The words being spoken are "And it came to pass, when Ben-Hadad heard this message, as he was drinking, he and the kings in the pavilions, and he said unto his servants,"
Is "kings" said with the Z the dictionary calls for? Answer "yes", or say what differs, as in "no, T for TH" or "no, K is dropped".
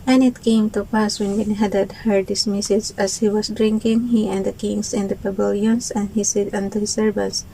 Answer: no, S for Z